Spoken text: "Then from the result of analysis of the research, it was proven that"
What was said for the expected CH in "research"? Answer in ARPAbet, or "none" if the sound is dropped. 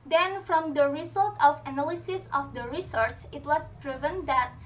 S